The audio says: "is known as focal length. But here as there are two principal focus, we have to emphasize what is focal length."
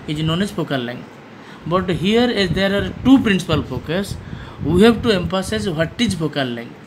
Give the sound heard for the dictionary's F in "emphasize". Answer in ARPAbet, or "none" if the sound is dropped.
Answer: P